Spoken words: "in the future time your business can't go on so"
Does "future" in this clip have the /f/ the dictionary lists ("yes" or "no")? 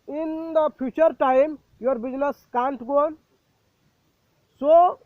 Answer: no